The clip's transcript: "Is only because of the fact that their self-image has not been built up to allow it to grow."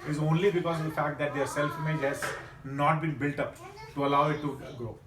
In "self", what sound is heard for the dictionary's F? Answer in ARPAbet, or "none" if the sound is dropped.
F